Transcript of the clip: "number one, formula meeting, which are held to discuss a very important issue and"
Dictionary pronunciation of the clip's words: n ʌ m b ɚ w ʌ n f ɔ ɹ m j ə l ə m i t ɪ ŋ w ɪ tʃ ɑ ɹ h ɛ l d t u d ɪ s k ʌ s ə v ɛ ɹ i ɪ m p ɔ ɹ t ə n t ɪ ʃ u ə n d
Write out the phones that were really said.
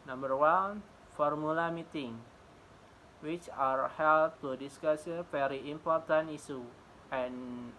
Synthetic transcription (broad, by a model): n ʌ m b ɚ w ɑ n f ɔ ɹ m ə l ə m i t ɪ ŋ w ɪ tʃ ɑ ɹ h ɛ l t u d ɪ s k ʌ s ə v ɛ ɹ i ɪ m p ɔ ɹ t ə n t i s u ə n